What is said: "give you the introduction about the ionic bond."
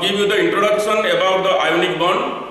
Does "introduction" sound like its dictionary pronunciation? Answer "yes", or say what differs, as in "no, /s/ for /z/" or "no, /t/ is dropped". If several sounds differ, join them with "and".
no, /s/ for /ʃ/